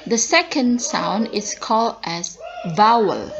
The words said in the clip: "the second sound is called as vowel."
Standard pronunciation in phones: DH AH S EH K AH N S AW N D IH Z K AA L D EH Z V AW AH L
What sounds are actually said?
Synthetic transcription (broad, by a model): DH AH S EH K AH N S AW N D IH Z K AA L D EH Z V AW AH L